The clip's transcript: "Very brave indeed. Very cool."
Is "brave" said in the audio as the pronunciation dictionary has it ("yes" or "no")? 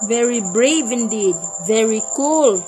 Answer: yes